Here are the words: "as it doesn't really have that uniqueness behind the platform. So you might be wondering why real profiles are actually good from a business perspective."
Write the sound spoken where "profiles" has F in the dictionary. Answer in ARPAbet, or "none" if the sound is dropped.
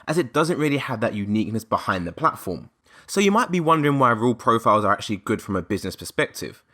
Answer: F